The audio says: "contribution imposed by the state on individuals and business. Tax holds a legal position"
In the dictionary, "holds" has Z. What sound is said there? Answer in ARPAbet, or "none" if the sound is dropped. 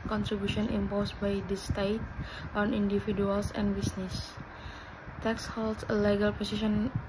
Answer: S